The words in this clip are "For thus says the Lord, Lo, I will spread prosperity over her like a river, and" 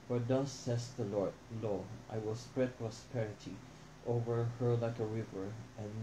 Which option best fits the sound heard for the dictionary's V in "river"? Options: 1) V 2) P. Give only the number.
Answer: 1